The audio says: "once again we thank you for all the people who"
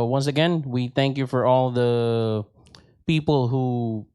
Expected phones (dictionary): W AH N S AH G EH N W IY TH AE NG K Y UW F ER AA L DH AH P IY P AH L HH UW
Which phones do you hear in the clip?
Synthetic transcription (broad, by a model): W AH N S AH G EH N W IY TH AE NG K Y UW F ER AA L DH AH P IY P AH L HH UW